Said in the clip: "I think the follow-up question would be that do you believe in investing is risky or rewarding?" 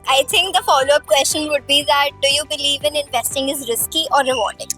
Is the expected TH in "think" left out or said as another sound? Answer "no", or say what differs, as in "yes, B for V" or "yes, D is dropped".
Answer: yes, T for TH